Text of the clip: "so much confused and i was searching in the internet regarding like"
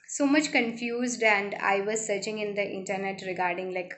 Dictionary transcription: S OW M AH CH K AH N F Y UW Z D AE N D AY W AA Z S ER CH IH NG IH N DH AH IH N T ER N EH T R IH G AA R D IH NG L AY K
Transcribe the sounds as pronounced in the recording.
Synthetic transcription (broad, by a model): S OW M AH CH K AH N F Y UW Z D AE N D AY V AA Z S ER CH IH NG IH N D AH IH N T ER N EH T R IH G AA R D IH NG L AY K